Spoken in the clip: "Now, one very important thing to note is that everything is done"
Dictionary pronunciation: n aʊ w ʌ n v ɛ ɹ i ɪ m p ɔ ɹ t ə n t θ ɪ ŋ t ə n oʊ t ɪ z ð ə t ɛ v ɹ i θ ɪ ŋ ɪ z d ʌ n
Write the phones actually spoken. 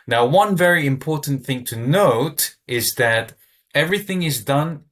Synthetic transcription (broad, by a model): n aʊ w ʌ n v ɛ ɹ i ɪ m p ɔ ɹ t n θ ɪ ŋ t ə n oʊ t ɪ z ð ə t ɛ v ɹ i θ ɪ ŋ ɪ z d ʌ n